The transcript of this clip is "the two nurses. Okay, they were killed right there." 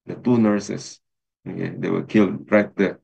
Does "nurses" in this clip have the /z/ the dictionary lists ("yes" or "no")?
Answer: no